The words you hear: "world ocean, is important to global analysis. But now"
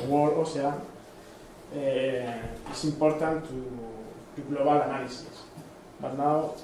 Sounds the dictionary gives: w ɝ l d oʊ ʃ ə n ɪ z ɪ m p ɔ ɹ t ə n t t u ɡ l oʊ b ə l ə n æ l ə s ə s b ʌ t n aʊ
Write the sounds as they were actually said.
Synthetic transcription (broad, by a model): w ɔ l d oʊ s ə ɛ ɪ s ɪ m p ɔ ɹ t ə n t t u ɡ l oʊ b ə l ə n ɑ l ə s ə s b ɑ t n aʊ